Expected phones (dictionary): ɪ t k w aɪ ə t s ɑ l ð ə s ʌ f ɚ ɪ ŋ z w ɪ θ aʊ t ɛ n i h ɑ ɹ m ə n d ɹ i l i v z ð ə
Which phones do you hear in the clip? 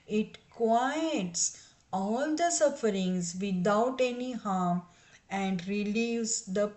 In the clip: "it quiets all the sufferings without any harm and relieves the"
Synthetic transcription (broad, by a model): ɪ t k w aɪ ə t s ɑ l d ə s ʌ f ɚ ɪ ŋ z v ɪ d aʊ t ɛ n i h ɑ ɹ m ə n d ɹ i l i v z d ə